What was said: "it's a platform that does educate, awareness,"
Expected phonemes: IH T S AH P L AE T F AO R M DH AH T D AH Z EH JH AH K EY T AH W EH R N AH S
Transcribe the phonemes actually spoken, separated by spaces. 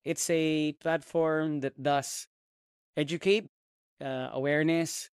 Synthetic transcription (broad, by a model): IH T S AH P L AE T F AO R M DH AH T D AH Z EH JH AH K EY T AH W EH R N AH S